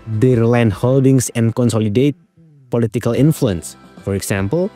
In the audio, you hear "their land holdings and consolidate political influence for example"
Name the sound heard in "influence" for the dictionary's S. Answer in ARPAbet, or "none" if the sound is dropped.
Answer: S